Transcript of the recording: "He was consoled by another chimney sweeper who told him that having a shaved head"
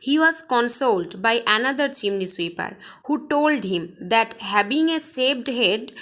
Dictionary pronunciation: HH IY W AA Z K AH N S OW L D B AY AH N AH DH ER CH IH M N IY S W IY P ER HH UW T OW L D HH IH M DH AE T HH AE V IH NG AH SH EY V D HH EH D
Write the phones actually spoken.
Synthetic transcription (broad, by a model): HH IY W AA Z K AH N S OW L D B AY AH N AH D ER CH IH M N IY S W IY P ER HH UW T OW L D HH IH M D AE T HH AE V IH NG AH S EY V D HH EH D